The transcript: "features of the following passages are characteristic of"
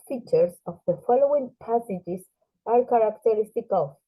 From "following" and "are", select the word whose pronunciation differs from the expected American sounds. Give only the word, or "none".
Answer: none